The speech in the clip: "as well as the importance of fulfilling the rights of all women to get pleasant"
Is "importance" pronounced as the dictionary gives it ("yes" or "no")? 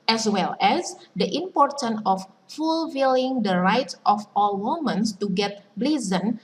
no